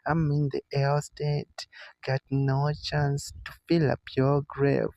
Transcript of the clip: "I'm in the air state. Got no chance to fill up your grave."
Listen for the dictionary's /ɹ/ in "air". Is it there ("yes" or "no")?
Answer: no